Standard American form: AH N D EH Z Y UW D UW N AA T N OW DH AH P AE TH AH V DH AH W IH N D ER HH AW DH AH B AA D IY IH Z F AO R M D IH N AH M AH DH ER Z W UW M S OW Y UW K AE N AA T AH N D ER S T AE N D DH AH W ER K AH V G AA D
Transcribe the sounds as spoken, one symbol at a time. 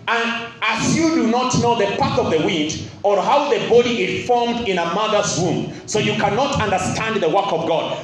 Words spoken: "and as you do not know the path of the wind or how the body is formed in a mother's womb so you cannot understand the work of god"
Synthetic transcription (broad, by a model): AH N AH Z Y UW D UW N AA T N OW DH AH P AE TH AH V DH AH W IH N D ER HH AW DH AH B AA D IY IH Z F AO R M D IH N AH M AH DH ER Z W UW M S OW Y UW K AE N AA T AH N D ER S T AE N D DH AH W ER K AH V G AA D